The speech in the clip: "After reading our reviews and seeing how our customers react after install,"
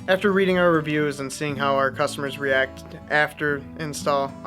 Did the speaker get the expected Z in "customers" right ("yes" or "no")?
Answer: yes